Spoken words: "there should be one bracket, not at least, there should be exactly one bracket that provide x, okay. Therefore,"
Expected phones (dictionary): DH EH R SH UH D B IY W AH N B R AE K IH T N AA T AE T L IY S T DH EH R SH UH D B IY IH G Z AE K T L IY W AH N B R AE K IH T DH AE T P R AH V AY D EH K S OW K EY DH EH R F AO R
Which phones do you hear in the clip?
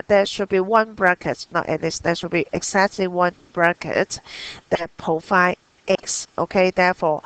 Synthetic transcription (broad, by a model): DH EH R SH UH D B IY W AH N B R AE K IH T N AA T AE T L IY S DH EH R SH UH D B IY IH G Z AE K T L IY W AH N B R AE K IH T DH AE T P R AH F AY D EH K S OW K EY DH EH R F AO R